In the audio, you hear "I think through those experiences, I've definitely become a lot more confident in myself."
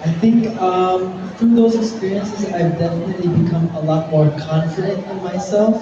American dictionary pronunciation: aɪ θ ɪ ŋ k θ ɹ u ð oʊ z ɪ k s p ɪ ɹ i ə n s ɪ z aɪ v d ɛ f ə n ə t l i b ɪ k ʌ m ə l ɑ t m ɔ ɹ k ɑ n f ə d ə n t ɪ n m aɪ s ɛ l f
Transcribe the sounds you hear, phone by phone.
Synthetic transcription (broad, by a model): aɪ θ ɪ ŋ k f ɹ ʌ ð oʊ z ɪ k s p ɪ ɹ i ə n s ɪ z aɪ v d ɛ f ə n ə t l i b ɪ k ʌ m ə l ɑ t m ɔ ɹ k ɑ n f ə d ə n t ɪ n m aɪ s ɛ l f